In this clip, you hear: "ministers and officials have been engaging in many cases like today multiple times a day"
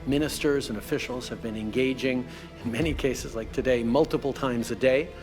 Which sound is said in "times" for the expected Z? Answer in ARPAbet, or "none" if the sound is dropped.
Z